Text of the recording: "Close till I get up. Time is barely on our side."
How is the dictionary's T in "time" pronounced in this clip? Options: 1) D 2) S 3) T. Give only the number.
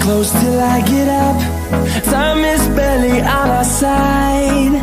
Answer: 2